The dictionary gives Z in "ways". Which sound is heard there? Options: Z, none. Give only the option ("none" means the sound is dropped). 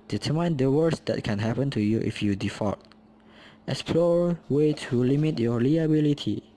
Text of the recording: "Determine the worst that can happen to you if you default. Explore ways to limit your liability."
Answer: none